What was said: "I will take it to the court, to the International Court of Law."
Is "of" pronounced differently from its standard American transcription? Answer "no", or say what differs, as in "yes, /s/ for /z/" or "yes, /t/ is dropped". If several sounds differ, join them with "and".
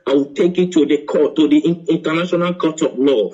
yes, /p/ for /v/